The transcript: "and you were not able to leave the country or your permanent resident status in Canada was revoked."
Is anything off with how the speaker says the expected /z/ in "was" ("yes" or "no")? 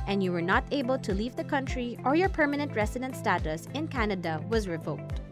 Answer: no